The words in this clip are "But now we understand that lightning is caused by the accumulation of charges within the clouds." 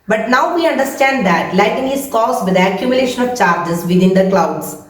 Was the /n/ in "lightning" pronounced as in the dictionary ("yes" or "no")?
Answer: no